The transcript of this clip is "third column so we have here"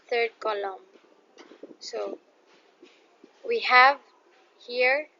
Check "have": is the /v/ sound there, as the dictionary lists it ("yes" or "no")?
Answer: yes